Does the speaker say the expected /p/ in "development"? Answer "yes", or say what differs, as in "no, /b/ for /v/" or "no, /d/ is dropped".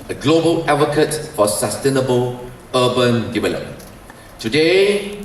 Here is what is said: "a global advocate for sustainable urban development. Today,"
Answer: no, /p/ is dropped